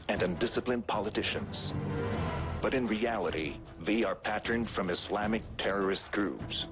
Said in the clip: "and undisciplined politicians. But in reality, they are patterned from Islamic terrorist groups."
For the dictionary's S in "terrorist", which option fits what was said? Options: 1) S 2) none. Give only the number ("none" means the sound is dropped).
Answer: 1